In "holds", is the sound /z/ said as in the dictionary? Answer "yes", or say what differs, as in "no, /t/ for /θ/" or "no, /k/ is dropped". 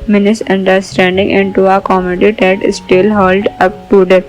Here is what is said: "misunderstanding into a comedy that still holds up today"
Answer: no, /z/ is dropped